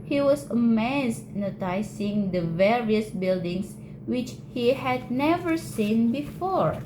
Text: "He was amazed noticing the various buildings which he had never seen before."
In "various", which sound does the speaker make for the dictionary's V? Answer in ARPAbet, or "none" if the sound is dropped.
V